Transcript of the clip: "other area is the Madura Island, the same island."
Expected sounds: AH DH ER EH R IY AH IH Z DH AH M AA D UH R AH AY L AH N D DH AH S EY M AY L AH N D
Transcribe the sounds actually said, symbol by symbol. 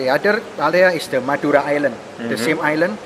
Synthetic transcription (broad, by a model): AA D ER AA L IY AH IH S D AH M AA D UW R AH AY L AH N D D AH S EY M AY L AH N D